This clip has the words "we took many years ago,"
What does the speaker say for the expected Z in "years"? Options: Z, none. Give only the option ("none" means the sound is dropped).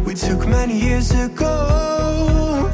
Z